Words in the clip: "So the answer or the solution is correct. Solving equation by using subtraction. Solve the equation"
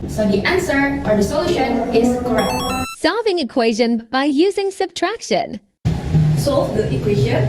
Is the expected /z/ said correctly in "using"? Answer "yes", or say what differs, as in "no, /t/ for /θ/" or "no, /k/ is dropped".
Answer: yes